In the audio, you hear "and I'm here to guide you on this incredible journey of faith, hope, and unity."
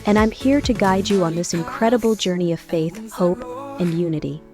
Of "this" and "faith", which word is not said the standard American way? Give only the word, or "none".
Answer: none